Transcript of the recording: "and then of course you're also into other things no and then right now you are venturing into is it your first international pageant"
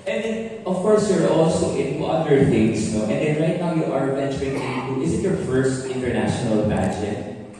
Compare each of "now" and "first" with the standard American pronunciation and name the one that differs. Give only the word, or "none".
none